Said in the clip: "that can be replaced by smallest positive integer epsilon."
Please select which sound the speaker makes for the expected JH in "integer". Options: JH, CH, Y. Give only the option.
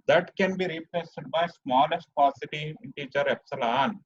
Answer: CH